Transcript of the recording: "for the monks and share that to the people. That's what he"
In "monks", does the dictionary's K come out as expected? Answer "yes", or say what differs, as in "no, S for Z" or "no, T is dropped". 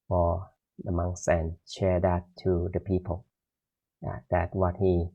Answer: no, K is dropped